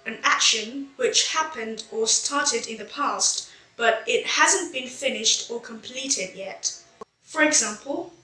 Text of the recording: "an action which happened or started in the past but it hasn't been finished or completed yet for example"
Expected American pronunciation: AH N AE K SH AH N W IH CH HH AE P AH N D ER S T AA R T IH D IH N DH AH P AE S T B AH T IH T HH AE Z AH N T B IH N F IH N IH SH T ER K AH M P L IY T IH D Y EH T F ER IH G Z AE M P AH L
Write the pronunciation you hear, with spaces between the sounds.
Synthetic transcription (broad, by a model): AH N AE K SH AH N W IH CH HH AE P AH N D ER S T AA R T IH D IH N DH AH P AE S T B AH T IH T HH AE Z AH N B IH N F IH N IH SH T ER K AH M P L IY T IH D Y EH T F ER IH G Z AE M P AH L